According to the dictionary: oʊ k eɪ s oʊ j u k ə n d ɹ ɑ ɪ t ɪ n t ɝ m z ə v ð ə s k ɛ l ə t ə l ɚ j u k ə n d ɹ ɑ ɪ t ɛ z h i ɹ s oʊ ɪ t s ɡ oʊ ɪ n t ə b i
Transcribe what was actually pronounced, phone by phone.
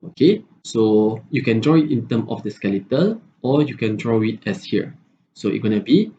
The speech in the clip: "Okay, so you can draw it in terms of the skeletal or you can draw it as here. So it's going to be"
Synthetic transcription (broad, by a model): oʊ k eɪ s oʊ j u k ə n d ɹ ɑ ɪ t ɪ n t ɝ m ə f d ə s k ɛ l ə t ə l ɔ j u k ə n d ɹ ɑ ɪ t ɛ s h i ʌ s oʊ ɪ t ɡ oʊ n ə b i